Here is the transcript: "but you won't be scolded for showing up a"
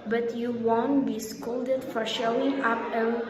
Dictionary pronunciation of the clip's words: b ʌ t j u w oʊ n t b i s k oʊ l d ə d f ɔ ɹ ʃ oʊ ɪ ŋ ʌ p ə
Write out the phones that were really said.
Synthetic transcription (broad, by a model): b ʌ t j u w oʊ n t b i s k oʊ l d ə d f ɔ ɹ ʃ oʊ ɪ ŋ ʌ p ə